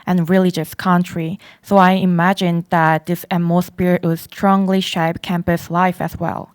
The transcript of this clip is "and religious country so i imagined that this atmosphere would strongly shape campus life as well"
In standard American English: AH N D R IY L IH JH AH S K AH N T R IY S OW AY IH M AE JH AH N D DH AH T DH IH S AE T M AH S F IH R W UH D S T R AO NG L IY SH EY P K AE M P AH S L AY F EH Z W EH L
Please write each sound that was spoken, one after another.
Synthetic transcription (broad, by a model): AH N R IY L IH JH AH S K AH N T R IY S OW AY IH M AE JH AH N DH AH T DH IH S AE M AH S P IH R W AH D S T R AO NG L IY SH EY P K AE M P AH S L AY F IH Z W EH L